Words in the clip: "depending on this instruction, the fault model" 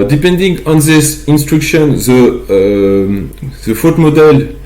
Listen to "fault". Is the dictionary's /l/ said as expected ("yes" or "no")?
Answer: no